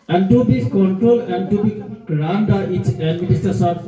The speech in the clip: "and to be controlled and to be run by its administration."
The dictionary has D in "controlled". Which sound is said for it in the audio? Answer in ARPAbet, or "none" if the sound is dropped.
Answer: none